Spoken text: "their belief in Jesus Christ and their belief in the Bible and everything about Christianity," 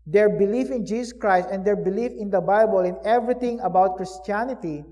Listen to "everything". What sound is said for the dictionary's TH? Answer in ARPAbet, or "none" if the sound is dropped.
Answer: T